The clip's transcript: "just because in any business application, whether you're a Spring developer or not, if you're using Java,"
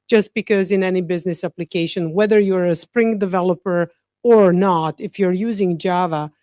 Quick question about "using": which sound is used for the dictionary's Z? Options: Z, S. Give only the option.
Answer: Z